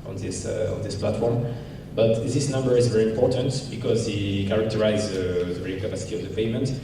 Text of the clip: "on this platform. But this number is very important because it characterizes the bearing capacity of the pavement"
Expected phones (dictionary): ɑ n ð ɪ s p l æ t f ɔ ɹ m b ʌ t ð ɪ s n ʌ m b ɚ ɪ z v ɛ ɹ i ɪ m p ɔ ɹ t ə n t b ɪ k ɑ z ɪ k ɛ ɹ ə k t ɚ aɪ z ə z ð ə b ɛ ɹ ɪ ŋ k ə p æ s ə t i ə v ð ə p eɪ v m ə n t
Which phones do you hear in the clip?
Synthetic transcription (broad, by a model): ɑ n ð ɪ s p l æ t f ɔ ɹ m b ʌ t ð ɪ s n ʌ m b ɚ ɪ z v ɛ ɹ i ɪ m p ɔ ɹ t ə n t b ɪ k ɑ z ɪ k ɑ ɹ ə k t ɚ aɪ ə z ð ə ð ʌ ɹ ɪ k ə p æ s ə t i ə v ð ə p eɪ m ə n t